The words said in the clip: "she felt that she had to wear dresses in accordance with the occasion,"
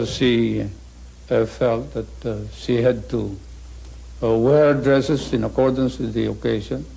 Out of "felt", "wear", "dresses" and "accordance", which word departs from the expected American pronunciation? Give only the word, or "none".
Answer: dresses